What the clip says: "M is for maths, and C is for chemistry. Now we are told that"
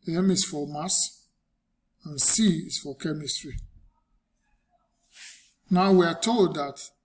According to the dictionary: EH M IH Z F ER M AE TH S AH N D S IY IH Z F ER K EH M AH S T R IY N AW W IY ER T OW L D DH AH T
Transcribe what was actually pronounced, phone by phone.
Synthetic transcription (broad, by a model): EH M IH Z F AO M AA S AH N S IY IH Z F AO K EH M AH S T R IY N AW W IY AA T OW L D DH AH T